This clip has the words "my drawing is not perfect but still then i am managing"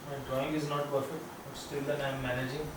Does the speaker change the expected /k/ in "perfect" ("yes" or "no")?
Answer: no